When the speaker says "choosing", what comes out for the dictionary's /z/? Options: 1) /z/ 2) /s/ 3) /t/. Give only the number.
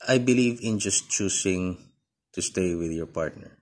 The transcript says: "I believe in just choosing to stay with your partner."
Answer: 2